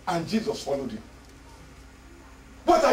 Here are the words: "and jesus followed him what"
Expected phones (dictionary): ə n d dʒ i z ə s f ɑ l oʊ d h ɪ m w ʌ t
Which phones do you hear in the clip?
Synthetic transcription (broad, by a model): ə n dʒ i z ə s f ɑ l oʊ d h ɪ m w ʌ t